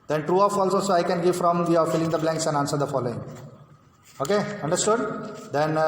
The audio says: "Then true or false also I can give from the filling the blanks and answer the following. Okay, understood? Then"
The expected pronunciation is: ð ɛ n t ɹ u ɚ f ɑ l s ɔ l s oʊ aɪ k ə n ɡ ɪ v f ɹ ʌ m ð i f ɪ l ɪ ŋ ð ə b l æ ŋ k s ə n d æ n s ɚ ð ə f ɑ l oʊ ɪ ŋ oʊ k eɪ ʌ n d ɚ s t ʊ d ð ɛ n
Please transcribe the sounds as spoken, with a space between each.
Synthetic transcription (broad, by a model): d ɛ n t ɹ u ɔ f ɑ l s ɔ s oʊ aɪ k ə n ɡ ɪ v f ɹ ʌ m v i f ɪ l ɪ ŋ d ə b l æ ŋ k s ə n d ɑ n s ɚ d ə f ɑ l oʊ ɪ ŋ oʊ k eɪ ʌ n d ɚ s t ʊ d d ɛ n